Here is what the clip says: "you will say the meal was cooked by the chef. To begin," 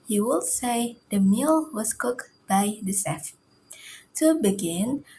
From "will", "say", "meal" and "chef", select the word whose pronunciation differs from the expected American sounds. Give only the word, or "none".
chef